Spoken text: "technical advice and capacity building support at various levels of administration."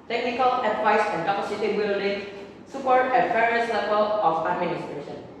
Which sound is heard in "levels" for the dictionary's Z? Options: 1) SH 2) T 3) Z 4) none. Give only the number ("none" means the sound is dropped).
4